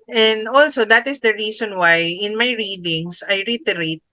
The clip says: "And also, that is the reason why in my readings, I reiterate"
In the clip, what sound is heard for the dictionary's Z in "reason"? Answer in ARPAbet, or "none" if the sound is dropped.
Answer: S